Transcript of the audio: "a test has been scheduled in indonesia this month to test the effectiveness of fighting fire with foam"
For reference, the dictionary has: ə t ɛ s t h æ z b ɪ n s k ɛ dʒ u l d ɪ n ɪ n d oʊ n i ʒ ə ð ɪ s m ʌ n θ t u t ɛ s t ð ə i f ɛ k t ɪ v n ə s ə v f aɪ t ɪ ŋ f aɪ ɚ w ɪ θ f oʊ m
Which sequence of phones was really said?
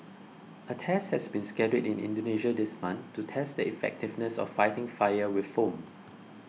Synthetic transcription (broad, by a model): ə t ɛ s t h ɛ s b ɪ n s k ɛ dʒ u d ɪ n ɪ n d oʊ n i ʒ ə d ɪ s m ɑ n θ t u t ɛ s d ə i f ɛ k t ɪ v n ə s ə f aɪ t ɪ ŋ f aɪ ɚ w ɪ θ f oʊ m